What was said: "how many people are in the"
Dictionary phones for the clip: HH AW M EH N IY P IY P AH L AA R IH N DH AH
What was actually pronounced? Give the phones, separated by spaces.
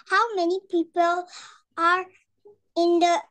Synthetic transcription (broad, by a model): HH AW M EH N IY P IY P AH L AA R IH N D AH